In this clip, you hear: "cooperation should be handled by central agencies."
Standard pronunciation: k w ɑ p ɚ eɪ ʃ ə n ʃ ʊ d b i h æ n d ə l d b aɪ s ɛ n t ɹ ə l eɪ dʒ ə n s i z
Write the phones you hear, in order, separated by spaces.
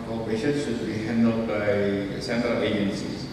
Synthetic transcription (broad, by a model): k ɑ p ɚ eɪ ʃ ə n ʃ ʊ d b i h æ n d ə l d b aɪ s ɛ n t ɹ ə l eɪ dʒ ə n s i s